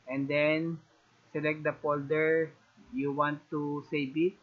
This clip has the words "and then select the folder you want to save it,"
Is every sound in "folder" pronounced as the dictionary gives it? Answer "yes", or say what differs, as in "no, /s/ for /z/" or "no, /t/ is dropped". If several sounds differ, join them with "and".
no, /p/ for /f/